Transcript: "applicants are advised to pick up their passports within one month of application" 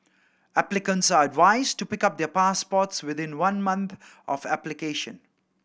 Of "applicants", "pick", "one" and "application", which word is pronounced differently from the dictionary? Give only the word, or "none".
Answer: none